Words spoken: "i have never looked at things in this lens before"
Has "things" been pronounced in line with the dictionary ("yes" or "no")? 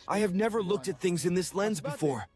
yes